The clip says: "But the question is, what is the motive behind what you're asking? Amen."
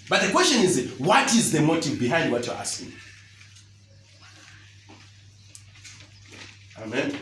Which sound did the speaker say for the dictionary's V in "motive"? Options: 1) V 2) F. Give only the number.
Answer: 1